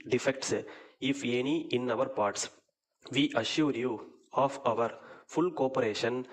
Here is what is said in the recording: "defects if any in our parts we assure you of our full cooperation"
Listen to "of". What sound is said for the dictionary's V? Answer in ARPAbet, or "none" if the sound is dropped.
V